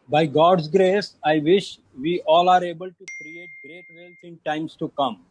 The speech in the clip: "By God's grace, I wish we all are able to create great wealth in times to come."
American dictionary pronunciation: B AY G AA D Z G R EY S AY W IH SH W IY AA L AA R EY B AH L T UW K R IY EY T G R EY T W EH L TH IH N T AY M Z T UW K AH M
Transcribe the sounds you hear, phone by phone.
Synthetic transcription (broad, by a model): B AY G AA D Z G R EY S AY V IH SH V IY AA L AA R EY B AH L T UW K R IY EY T G R EY T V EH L S IH N T AY M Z T UW K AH M